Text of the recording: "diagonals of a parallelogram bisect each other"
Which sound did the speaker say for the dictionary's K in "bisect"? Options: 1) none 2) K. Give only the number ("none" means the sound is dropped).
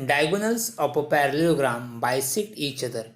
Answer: 1